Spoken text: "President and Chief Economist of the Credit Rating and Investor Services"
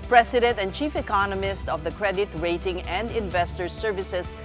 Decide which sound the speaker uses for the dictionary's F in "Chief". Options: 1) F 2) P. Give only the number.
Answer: 1